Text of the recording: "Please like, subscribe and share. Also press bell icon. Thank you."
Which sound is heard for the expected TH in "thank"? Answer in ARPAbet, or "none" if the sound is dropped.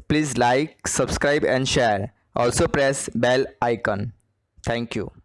T